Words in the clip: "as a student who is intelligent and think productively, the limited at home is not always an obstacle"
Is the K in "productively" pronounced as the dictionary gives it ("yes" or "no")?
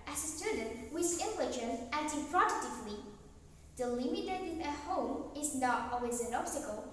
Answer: no